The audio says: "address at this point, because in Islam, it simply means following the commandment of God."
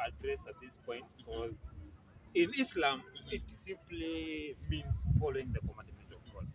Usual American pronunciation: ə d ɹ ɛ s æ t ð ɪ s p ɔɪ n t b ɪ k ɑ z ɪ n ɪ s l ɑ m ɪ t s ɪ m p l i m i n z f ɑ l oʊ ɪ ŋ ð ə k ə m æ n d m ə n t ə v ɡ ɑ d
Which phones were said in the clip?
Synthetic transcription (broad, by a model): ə d ɹ ɛ s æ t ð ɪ s p ɔɪ n t b ɪ k ɑ z ɪ n ɪ s l ɑ m ɪ t s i m p l i m i n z f ɑ l oʊ ɪ ŋ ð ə k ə m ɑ n d m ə n t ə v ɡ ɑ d